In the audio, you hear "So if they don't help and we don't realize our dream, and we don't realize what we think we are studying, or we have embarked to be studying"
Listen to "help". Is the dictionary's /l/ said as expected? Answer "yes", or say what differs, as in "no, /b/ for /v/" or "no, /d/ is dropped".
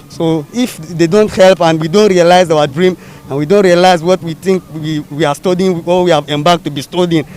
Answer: yes